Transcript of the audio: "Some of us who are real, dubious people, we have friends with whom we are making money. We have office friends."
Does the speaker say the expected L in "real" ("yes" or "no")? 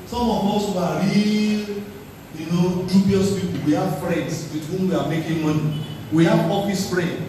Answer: no